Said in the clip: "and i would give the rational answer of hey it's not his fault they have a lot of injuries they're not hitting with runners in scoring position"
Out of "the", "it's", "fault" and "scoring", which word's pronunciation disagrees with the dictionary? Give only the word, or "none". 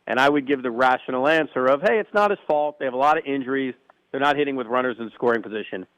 none